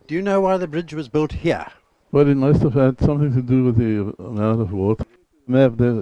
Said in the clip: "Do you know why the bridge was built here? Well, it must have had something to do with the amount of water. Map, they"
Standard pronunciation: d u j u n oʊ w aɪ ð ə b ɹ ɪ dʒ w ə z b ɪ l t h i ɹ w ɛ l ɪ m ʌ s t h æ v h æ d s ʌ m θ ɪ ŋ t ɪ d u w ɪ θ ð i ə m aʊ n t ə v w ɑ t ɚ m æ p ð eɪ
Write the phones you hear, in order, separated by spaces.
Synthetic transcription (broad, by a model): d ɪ j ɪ n oʊ w aɪ ð ə b ɹ ɪ dʒ w ə z b ɪ l t h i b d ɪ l ɪ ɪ s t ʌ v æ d s ʌ m θ ɪ ŋ t ɪ d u w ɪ ð i ə m aʊ n t ə v w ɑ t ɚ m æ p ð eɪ